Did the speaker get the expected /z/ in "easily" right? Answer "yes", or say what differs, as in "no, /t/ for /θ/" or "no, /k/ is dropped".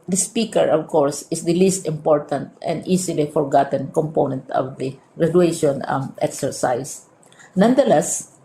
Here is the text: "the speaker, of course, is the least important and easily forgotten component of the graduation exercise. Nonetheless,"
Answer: no, /s/ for /z/